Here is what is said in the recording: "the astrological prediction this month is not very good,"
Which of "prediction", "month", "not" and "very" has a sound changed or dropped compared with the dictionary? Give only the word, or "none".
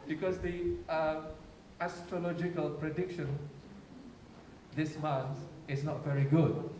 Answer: month